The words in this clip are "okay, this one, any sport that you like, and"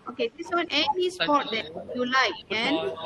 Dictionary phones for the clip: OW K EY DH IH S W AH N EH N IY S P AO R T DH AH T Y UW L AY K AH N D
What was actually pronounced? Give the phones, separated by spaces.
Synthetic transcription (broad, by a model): OW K EY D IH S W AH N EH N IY S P AO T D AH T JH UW L AY AH N